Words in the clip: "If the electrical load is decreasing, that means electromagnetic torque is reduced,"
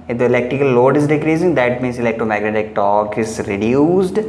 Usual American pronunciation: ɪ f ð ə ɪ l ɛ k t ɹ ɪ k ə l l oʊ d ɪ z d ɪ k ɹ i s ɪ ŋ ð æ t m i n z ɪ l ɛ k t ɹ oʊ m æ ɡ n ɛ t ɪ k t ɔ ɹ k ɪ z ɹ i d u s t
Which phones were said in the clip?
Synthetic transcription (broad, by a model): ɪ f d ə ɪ l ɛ k t ɹ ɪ k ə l l oʊ d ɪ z d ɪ k ɹ i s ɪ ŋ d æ t m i n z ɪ l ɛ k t oʊ m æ ɡ n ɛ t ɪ k t ɔ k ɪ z ɹ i d u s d